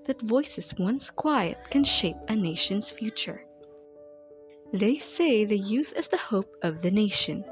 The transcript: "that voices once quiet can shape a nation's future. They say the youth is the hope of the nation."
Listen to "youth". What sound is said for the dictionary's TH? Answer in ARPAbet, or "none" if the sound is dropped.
TH